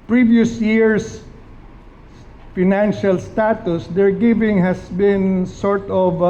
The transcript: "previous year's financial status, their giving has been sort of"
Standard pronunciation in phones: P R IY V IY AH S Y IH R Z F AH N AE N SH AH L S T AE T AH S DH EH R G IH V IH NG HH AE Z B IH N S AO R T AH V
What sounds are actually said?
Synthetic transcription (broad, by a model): P R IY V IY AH S Y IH R S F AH N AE N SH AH L S T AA T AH S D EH R G IH V IH NG HH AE S B IH N S AO R T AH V